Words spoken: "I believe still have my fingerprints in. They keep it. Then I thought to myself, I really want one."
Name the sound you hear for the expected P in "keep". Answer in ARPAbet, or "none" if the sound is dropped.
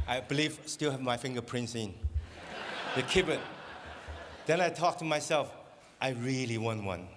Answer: B